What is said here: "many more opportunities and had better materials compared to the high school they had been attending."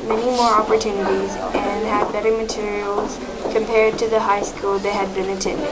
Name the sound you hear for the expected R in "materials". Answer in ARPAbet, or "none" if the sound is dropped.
R